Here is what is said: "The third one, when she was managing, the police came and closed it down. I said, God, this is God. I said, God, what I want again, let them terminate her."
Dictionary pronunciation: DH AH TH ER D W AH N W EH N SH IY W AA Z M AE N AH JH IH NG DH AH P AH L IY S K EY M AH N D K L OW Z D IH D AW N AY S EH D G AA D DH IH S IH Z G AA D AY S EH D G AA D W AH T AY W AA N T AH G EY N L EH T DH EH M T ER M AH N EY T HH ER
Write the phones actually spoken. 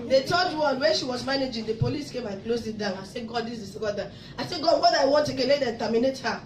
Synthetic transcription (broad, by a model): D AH T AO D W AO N W EH N SH IY W AA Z M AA N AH JH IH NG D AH P AH L IY S K EY M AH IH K L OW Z IH D AW N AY S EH G AA D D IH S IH S G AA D AY S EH G AA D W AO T AY W AA N T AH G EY L EH T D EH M T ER M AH N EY T HH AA